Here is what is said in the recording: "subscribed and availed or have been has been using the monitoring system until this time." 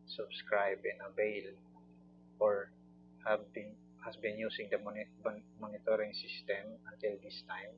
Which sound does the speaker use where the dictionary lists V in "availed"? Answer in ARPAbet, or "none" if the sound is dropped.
B